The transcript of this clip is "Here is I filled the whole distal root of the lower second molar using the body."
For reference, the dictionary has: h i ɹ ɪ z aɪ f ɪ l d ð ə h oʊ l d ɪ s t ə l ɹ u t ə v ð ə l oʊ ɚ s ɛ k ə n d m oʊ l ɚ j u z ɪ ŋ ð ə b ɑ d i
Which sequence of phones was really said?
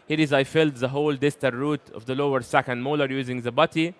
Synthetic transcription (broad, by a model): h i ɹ ɪ z aɪ f ɪ l d ð ə h oʊ l d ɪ s t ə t ɹ u t ə v ð ə l oʊ ɚ s ɛ k ə n d m oʊ l ɚ j u z ɪ ŋ ð ə b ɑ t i